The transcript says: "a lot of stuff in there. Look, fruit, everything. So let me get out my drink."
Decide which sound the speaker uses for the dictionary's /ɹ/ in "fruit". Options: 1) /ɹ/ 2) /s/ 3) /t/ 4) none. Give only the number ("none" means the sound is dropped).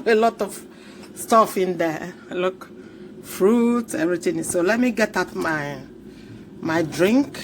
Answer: 1